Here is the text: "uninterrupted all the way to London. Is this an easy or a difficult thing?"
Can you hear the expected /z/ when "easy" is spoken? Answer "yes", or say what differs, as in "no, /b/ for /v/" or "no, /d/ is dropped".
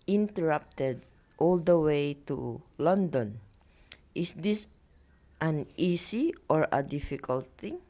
no, /s/ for /z/